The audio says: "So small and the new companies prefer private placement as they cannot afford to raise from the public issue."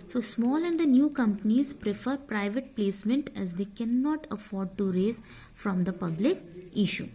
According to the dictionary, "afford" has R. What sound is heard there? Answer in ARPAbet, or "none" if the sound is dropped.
R